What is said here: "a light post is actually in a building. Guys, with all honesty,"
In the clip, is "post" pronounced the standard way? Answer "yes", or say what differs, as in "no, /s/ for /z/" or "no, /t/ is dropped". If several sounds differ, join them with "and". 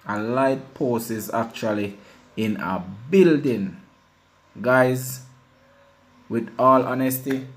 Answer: no, /t/ is dropped